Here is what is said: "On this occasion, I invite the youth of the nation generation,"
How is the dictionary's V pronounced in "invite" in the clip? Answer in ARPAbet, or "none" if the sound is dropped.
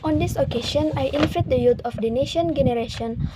F